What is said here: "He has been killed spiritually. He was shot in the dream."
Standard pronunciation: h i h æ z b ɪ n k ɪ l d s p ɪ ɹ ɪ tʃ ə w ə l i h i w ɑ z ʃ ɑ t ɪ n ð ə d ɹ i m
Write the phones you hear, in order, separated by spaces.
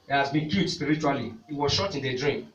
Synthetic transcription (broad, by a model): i h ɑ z b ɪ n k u d s p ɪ ɹ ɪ tʃ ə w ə l i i w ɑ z ʃ ɑ t ɪ n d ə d ɹ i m